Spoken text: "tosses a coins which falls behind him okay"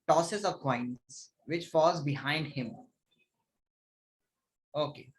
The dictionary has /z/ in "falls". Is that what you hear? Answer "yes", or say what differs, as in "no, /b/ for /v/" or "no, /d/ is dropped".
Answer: yes